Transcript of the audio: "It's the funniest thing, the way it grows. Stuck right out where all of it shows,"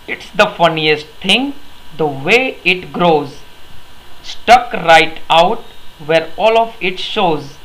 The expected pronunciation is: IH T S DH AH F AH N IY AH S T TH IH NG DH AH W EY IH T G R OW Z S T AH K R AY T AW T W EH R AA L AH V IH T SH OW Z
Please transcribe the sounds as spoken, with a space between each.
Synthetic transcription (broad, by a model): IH T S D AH F AH N IY AH S T T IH NG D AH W EY IH T G R OW Z S T AH K R AY T AW T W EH R AA L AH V IH T SH OW Z